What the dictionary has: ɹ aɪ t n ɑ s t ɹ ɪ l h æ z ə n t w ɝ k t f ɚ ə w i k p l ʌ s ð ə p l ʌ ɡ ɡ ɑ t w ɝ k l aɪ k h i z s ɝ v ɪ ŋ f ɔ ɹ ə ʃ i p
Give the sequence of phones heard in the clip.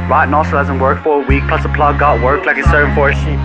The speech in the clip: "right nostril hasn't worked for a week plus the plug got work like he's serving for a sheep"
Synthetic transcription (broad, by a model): ɹ aɪ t n ɑ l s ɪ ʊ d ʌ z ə n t w ɝ k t f ɚ ə w i k p l ʌ s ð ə p l ʌ ɡ ɡ ɑ t w ɝ k l aɪ k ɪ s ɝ ɪ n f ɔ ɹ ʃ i